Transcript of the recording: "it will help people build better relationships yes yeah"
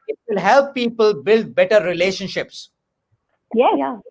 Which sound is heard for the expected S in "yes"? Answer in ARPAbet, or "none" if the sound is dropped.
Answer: none